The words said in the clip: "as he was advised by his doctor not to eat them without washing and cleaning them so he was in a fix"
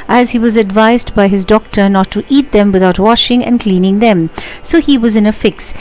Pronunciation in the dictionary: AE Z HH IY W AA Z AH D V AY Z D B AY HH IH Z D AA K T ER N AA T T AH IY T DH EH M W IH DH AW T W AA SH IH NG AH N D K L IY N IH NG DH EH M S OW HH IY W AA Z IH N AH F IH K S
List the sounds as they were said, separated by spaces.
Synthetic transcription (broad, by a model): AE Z HH IY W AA Z AH D V AY Z D B AY HH IH Z D AA K T ER N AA T T IY T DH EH M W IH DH AW T W AA SH IH NG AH N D K L IY N IH NG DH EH M S OW HH IY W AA Z IH N AH F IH K S